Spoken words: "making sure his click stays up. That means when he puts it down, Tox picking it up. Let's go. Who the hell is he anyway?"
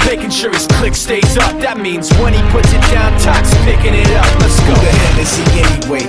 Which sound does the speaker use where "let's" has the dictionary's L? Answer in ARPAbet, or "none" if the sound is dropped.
N